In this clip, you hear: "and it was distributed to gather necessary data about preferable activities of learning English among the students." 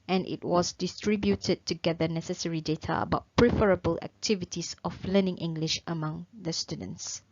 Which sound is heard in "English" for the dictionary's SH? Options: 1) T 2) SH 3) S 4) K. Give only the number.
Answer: 2